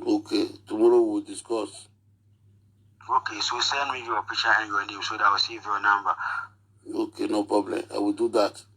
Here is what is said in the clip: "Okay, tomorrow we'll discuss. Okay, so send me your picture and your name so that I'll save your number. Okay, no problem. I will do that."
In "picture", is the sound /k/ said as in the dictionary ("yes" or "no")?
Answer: no